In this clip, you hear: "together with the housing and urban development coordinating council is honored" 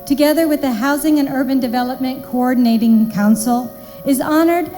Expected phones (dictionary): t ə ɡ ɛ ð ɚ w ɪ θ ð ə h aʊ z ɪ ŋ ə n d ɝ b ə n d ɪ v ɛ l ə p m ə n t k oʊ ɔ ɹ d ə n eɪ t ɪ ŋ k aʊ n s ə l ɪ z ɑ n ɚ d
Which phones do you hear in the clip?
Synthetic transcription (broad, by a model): t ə ɡ ɛ ð ɚ w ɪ ð ə h aʊ z ɪ ŋ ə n ɝ b ə n d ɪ v ɛ l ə p m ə n k oʊ ɔ ɹ d n eɪ t ɪ ŋ k aʊ n s l ɪ z ɑ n ɚ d